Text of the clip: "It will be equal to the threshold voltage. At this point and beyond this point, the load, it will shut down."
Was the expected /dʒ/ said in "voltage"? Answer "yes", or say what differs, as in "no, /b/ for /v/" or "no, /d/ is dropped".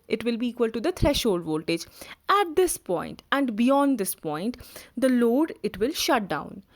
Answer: yes